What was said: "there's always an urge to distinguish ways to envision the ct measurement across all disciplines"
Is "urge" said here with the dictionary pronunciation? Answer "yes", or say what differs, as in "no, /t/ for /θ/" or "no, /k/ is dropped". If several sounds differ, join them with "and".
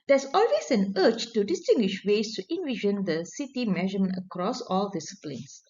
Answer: no, /tʃ/ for /dʒ/